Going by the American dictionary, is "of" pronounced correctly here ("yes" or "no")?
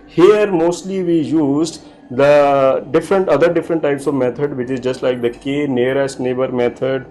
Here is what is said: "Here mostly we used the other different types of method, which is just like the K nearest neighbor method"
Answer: yes